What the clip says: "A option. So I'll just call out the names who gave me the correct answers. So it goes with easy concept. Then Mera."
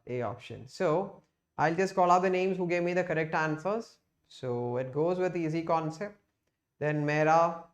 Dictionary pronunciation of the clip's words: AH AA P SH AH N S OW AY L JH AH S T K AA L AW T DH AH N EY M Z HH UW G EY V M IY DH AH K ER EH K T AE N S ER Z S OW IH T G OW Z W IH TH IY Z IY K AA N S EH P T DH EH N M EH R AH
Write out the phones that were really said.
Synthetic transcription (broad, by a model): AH AA P SH AH N S OW AY L JH AH S T K AA L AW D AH N EY M Z HH UW G EY V M IY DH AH K ER EH K T AE N S ER Z S OW IH T G OW Z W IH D IY Z IY K AA N S EH P T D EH N M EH R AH